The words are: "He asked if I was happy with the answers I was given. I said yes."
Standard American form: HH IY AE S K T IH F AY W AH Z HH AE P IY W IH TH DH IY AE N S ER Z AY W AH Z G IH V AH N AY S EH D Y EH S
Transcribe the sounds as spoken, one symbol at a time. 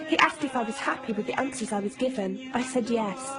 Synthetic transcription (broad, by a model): HH IY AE S K T IH F AY W AH Z HH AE P IY W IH DH IY AE N S ER Z AY W AH Z G IH V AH N AY S EH D Y EH S